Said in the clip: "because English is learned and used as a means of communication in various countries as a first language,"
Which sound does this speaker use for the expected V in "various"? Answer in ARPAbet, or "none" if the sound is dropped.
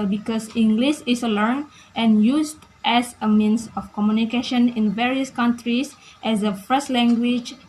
V